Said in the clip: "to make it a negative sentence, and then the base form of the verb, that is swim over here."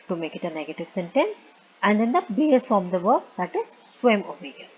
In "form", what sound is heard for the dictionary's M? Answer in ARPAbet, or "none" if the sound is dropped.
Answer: none